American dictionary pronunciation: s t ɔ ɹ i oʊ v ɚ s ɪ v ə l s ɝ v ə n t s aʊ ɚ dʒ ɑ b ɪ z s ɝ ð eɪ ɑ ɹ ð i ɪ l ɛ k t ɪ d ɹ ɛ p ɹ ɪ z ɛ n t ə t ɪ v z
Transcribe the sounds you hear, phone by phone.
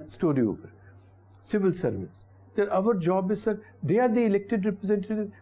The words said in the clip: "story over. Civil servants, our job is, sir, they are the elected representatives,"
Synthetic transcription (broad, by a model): s t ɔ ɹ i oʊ p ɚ s ɪ v ə l s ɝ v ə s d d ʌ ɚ dʒ ɑ b ɪ z s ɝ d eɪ ɑ ɹ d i ɪ l ɛ k t ɪ d ɹ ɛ p ɹ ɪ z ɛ n t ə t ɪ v